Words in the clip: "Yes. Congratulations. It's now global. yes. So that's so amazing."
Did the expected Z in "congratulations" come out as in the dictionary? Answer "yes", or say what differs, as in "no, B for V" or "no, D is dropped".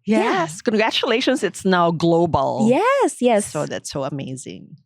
yes